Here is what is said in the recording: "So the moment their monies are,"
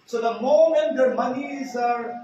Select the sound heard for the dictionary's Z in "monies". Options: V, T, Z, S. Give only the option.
Z